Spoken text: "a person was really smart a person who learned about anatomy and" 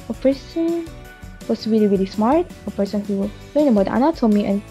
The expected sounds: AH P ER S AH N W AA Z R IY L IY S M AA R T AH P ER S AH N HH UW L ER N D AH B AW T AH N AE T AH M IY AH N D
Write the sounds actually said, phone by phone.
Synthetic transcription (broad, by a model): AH P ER S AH N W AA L R IY L IY S M AA R T AH P ER S AH N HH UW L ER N AH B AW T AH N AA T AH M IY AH N